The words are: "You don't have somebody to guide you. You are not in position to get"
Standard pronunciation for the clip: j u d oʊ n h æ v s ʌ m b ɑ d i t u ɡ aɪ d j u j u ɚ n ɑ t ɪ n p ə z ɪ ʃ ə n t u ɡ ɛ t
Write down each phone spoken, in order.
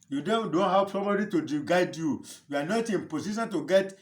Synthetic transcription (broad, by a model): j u d oʊ n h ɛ p s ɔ m b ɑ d i t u ɡ aɪ d j u j u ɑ n ɑ t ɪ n p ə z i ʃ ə n t u ɡ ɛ t